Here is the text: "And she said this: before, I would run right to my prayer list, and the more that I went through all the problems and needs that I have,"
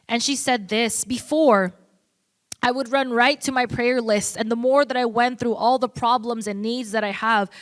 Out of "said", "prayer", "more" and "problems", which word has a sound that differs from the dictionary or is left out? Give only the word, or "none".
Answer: none